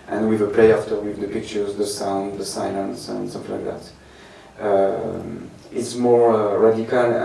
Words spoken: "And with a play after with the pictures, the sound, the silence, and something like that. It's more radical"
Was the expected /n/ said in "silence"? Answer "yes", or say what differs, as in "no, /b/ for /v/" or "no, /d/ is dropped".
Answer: yes